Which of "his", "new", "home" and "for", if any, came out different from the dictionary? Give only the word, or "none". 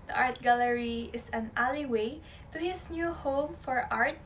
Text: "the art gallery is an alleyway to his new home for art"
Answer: his